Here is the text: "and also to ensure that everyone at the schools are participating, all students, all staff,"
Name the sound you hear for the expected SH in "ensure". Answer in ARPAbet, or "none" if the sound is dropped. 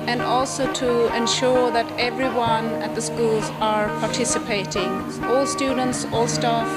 SH